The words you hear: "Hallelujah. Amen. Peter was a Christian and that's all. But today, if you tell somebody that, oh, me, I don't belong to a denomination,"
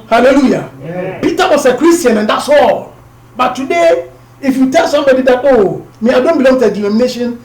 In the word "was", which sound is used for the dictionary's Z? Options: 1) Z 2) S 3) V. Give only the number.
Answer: 2